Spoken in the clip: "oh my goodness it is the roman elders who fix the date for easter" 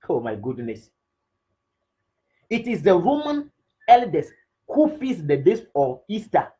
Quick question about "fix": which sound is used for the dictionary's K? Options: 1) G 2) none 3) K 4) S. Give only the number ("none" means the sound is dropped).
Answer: 2